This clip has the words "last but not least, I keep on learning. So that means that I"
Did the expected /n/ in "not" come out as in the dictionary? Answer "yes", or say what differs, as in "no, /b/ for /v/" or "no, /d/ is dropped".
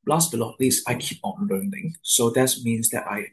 no, /l/ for /n/